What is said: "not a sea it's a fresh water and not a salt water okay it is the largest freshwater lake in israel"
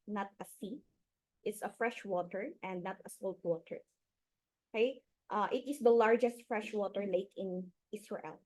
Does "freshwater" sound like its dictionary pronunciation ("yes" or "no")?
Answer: yes